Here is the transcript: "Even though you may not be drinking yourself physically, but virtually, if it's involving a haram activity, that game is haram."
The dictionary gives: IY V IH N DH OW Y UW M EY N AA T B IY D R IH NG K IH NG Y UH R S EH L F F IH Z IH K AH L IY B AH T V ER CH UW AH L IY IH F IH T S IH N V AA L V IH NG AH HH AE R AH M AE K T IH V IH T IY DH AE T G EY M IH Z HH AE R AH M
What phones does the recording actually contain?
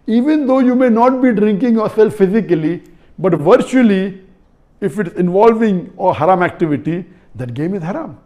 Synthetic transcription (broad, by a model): IY V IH N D OW Y UW M EY N AA T B IY D R IH NG K IH NG Y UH R S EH L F F IH Z IH K AH L IY B AH T V ER CH UW AH L IY IH F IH T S IH N V AA L V IH NG AH HH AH R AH M AE K T IH V IH T IY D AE T G EY M IH Z HH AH R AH M